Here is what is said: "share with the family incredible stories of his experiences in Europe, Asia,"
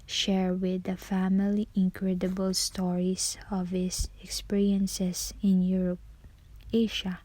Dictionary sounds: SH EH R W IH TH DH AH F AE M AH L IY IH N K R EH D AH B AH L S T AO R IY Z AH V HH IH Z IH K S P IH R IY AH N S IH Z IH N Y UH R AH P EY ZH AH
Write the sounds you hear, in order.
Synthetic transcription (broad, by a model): SH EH R W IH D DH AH F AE M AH L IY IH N K R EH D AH B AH L S T AO R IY S AH V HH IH S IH K S P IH R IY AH N S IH S IH N Y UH R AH P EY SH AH